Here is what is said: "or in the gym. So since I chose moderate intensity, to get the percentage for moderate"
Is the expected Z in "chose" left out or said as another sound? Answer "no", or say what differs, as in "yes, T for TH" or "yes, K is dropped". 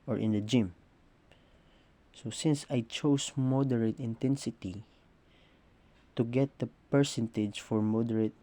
yes, S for Z